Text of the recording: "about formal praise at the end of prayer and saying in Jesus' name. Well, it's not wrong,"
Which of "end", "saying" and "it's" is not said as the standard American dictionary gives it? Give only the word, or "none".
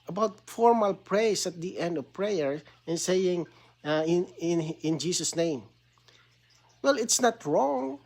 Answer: none